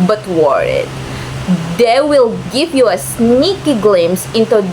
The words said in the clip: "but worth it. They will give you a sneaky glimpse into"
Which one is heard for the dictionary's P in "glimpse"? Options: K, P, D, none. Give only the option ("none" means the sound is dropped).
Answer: none